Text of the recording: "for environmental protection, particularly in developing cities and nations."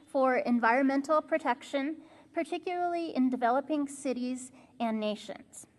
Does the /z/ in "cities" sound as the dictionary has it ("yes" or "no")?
yes